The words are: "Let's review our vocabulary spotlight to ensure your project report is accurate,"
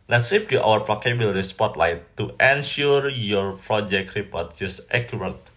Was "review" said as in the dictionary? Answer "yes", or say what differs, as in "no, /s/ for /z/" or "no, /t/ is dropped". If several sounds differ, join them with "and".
no, /p/ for /v/